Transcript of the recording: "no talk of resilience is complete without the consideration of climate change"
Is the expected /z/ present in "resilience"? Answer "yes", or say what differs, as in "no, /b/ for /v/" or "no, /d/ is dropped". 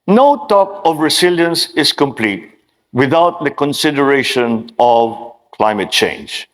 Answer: no, /s/ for /z/